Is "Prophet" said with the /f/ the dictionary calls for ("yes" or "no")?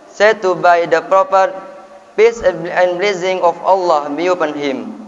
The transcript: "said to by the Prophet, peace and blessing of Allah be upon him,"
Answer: no